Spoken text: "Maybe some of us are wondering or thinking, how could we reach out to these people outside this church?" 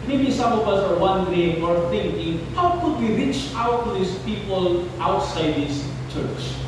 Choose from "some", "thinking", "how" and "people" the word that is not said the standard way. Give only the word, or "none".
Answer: thinking